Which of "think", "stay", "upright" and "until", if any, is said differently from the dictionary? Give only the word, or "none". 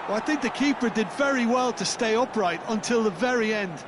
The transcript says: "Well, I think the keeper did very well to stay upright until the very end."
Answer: none